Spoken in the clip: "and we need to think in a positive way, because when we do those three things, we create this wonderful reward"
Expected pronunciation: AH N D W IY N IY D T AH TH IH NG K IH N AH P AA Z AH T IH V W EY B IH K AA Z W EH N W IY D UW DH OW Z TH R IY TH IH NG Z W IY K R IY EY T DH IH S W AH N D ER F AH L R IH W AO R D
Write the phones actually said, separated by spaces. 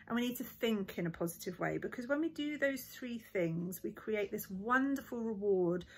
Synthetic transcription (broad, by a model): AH N W IY N IY D T AH TH IH NG K IH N AH P AA Z AH T IH V W EY B IH K AA Z W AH N W IY D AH DH OW Z TH R IY TH IH NG Z W IY K R IY EY T DH IH S W AH N D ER F AH L R IH W AO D